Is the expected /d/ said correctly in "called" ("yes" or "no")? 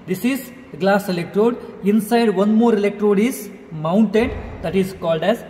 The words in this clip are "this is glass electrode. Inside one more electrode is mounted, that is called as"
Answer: yes